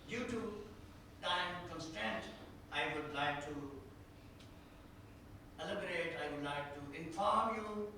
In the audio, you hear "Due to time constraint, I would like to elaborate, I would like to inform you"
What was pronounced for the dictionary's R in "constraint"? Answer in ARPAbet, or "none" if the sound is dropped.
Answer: none